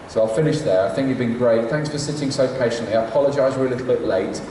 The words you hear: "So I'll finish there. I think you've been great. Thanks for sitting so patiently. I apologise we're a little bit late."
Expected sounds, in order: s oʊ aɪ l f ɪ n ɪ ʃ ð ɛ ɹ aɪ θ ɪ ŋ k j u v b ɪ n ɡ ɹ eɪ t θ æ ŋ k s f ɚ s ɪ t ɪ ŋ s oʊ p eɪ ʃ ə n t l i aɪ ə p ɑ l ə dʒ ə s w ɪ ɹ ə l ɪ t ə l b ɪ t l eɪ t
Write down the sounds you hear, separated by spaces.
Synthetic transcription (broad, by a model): s oʊ aɪ l f ɪ n ɪ ʃ ð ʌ ɹ aɪ θ ɪ ŋ k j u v b ɪ n ɡ ɹ eɪ t θ æ ŋ k s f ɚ s ɪ t ɪ ŋ s oʊ p eɪ ʃ ə n t l i aɪ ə p ɑ l ə dʒ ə ɪ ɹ ə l ɪ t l b ɪ t l eɪ t